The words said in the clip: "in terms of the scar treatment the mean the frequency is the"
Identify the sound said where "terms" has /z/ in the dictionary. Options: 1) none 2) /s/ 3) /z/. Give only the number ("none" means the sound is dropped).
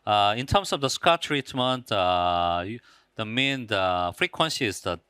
2